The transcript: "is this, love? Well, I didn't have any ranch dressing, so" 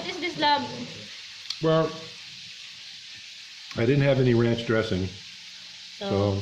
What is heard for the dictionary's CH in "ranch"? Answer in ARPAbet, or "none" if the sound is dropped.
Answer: CH